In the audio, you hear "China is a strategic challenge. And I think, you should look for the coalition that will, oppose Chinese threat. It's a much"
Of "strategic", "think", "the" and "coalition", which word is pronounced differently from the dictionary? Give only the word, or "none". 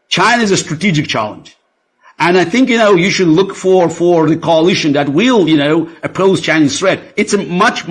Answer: none